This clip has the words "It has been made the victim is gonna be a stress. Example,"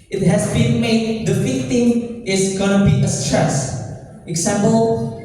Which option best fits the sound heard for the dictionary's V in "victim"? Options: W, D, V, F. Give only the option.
F